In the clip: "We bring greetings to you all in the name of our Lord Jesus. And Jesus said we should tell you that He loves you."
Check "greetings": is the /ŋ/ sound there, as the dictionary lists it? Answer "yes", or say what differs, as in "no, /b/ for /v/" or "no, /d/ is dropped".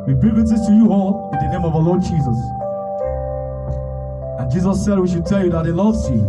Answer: no, /ŋ/ is dropped